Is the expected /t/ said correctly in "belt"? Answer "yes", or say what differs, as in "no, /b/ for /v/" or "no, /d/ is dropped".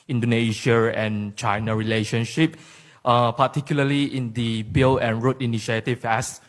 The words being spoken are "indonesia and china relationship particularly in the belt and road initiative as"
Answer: no, /t/ is dropped